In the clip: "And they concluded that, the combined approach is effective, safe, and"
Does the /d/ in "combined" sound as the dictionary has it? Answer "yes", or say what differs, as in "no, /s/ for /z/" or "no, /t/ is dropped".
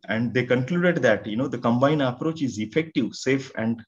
no, /d/ is dropped